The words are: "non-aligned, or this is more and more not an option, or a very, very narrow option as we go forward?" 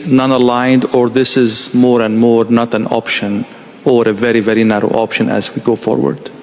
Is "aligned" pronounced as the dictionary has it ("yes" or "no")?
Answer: yes